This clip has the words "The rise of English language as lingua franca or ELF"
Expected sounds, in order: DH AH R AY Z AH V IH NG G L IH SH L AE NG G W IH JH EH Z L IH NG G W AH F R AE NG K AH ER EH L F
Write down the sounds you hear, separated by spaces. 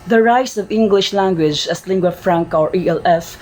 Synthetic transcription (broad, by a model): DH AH R AY S AH V IH NG G L IH SH L AE NG G W IH JH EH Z L IH NG G W AH F R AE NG K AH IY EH L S